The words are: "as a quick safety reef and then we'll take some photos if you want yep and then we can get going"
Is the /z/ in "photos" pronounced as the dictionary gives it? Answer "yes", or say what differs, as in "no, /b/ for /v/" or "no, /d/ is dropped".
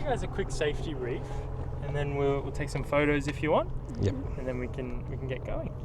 yes